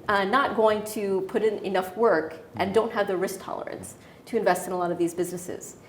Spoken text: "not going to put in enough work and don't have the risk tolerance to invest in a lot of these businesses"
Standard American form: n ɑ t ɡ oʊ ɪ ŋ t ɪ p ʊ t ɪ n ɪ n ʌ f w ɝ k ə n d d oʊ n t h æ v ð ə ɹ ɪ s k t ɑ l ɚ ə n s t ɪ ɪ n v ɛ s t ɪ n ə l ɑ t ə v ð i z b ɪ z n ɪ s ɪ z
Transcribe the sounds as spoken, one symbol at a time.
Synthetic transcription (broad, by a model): n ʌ t ɡ oʊ ɪ ŋ t ɪ p ʊ t ɪ n ɪ n ʌ f w ɝ k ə n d d oʊ n t h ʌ v ð ə ɹ ɪ s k t ɑ l ɚ ə n s t ɪ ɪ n v ɛ s t ɪ n ə l ɑ t ə v ð i z b ɪ z n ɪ s ɪ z